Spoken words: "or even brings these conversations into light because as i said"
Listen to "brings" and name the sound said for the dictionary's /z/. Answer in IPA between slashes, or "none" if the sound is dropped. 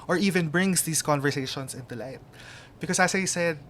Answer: /s/